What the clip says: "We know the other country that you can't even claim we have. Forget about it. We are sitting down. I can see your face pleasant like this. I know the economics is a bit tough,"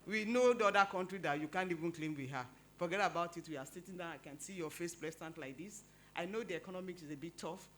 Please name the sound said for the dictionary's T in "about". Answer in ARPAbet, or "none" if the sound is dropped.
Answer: T